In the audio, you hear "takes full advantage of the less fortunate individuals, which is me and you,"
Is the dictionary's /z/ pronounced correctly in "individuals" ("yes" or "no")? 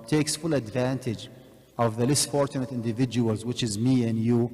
yes